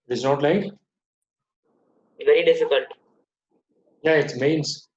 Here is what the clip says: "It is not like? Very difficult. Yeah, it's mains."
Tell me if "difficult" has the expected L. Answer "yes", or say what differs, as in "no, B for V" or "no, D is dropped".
yes